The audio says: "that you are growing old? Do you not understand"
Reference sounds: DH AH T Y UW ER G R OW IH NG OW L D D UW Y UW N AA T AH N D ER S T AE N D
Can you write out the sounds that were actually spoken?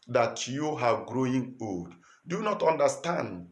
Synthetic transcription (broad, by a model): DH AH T Y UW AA G R OW IH NG OW L D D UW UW N AA T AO N D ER S T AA N D